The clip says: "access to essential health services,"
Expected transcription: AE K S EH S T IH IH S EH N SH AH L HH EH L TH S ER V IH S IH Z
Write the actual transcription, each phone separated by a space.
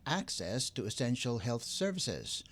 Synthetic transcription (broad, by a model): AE K S EH S T IH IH S EH N SH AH L HH EH L TH S ER V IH S IH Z